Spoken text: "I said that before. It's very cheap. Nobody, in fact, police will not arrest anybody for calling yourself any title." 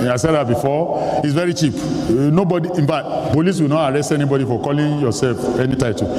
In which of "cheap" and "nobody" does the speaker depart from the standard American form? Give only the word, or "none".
none